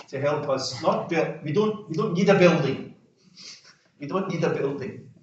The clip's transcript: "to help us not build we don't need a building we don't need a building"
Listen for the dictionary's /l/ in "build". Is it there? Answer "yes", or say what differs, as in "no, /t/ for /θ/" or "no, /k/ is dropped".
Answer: no, /w/ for /l/